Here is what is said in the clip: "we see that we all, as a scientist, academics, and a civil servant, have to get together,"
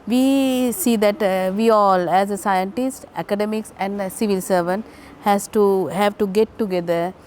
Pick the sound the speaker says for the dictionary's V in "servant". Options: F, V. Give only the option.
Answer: V